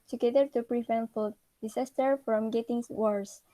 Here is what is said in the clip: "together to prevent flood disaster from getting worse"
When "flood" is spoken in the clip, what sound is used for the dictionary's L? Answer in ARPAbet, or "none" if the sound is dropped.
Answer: none